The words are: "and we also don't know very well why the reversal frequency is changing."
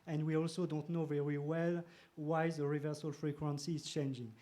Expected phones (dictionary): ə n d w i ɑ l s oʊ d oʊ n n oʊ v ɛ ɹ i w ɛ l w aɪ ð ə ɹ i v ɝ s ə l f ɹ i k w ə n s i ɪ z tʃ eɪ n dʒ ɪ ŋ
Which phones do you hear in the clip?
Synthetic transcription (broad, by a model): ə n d w i ɑ l s oʊ d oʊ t n oʊ v ɛ ɹ i w ɛ l w aɪ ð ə ɹ i v ɝ s ə l f ɹ i k w ə n s i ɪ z tʃ eɪ n dʒ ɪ ŋ